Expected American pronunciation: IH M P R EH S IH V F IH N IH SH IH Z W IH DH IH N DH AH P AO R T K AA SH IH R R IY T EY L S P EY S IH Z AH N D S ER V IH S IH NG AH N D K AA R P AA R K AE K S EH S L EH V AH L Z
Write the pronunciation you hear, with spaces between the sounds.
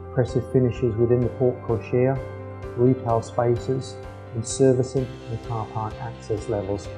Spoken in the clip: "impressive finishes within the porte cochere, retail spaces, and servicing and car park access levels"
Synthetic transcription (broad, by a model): P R EH S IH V F IH N IH SH IH Z W IH DH IH N DH AH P AO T K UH SH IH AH R IY T EY L S P EY S IH Z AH N S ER V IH S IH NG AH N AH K AA P AA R K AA K S EH S L EH V AH L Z